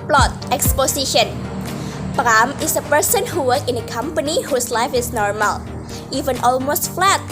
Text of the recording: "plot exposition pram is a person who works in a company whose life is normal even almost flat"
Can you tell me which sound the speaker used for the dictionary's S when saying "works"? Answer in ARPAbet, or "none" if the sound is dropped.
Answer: none